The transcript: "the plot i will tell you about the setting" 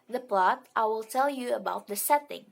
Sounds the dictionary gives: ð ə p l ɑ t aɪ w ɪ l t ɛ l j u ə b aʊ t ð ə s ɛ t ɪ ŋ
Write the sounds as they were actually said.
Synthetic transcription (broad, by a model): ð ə p l ɑ t aɪ w ɪ l t ɛ l j u ə b aʊ t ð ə s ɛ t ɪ ŋ